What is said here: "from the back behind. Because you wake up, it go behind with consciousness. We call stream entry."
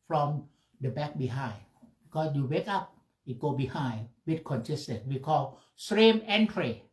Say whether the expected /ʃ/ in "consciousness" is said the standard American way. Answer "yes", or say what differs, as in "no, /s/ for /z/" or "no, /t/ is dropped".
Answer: no, /s/ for /ʃ/